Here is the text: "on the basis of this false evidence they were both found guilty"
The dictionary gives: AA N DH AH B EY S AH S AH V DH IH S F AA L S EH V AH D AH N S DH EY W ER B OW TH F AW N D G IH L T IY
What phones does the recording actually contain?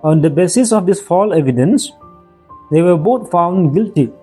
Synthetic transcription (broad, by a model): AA N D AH B EY S AH S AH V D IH S F AA L EH V AH D AH N S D EY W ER B OW T F AW N D G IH L T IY